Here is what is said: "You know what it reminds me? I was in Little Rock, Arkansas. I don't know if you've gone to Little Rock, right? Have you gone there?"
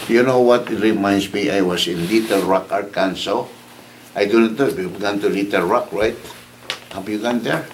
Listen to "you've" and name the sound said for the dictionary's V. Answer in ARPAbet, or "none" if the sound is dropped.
B